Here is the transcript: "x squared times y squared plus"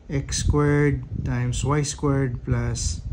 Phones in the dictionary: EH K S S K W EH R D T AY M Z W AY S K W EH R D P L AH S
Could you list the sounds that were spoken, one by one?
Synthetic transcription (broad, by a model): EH K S S K W EH R D T AY M S W AY S K W EH R D P L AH S